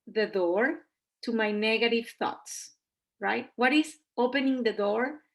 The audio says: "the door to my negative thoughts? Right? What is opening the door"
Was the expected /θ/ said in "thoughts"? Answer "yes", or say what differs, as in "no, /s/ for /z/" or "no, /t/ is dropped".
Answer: yes